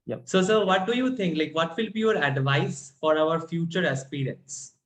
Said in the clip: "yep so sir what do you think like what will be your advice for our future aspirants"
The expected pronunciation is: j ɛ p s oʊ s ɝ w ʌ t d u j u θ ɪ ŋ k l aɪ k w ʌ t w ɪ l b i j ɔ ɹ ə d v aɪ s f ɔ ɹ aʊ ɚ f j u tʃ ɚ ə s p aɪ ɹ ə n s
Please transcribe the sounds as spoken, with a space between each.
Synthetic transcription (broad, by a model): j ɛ s oʊ s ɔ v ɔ t d u j u t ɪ ŋ k l aɪ k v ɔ t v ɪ l b i j ɔ ɹ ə d v aɪ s f ɔ ɹ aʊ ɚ f j u tʃ ɚ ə s p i ɹ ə n s